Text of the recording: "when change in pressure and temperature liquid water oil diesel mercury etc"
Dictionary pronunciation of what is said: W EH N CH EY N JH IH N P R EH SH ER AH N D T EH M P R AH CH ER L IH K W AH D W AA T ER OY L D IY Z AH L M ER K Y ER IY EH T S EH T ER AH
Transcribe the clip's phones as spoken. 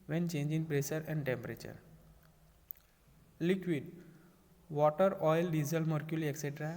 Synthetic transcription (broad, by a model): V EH N CH EY N JH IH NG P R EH S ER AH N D T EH M P R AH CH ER L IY K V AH D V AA T ER OY L D IY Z AH L M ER K Y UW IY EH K S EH T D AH